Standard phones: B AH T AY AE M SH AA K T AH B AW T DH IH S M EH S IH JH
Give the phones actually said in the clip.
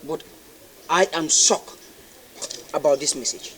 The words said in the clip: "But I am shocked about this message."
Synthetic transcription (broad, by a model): B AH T AY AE M S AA K AH B AW T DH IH S M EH S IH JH